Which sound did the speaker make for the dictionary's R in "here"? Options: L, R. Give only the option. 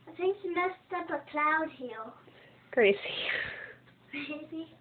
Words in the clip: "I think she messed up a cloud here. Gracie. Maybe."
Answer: L